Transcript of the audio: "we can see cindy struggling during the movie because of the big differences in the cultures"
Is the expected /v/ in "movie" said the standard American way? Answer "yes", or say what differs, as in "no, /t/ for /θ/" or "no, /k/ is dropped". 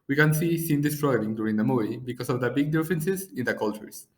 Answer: no, /v/ is dropped